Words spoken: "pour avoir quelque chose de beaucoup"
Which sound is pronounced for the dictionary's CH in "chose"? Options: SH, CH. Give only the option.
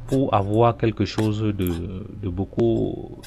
SH